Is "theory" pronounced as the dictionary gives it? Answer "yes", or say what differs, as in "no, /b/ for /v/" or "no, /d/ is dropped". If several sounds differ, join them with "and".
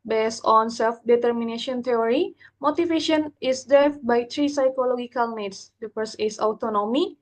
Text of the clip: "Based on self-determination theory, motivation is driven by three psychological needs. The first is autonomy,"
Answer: no, /t/ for /θ/